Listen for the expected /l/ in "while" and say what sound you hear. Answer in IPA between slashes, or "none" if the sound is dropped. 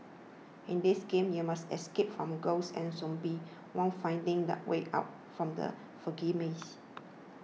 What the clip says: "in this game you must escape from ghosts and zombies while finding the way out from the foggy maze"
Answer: /n/